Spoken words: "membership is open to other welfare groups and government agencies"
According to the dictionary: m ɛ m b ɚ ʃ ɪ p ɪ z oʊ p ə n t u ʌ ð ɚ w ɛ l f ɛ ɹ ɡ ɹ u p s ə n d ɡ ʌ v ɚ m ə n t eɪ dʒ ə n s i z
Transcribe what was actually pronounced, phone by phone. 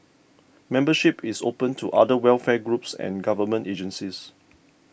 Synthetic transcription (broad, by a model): m ɛ m b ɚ ʃ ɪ p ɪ s oʊ p ə n t u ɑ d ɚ w ɛ l f ɛ ɡ ɹ u p s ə n ɡ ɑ v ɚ m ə n t eɪ dʒ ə n s i s